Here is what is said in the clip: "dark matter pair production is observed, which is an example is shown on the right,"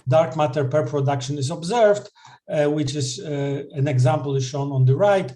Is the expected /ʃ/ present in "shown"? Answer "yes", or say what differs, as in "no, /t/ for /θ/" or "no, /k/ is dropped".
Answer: yes